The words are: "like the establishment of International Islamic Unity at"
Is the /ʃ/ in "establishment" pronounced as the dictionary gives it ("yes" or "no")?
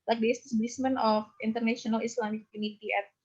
no